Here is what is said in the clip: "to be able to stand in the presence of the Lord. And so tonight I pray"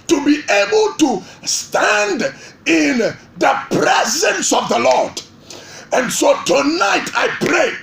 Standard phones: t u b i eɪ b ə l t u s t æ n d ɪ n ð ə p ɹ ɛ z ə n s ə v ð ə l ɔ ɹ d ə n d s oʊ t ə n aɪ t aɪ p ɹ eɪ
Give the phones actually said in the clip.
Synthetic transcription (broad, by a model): t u b i eɪ b ə l t u s t æ n d ɪ n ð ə p ɹ ɛ z ə n s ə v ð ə l ɔ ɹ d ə n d s oʊ t ə n aɪ t aɪ p ɹ eɪ